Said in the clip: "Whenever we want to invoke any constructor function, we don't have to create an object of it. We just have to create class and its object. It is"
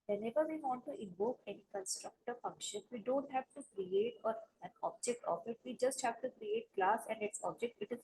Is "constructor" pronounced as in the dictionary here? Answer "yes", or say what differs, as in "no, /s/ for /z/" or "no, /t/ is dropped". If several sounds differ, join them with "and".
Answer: yes